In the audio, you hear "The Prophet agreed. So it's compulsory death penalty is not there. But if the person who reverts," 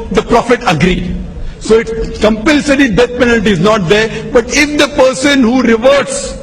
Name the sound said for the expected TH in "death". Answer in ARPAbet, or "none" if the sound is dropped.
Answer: T